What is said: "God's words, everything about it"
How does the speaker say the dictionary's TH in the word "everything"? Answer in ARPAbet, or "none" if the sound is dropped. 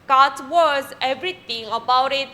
T